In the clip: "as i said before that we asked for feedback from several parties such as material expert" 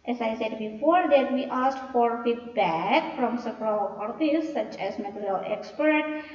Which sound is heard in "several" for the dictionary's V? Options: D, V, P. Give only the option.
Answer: P